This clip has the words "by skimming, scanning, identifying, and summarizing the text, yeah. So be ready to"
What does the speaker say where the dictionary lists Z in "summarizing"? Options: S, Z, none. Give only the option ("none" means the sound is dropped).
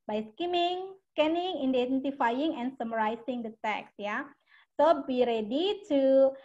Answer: S